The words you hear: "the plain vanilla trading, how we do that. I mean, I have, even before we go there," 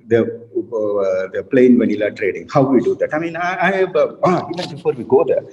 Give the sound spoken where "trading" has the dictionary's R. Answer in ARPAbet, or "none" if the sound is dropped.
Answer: R